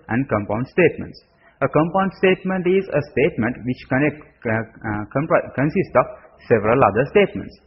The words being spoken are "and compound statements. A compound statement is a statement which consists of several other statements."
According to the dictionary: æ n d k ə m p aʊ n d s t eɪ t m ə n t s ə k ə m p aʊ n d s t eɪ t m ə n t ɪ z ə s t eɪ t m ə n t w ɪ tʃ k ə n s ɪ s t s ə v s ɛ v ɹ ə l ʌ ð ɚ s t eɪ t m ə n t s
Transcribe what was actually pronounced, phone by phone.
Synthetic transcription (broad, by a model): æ n d k ə m p aʊ n d s t eɪ t m ə n t s ə k ə m p aʊ n d s t eɪ t m ə n t ɪ z ə s t eɪ t m ə n t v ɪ tʃ k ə n s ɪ s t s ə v s ɛ v ɹ ə l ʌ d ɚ s t eɪ t m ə n t s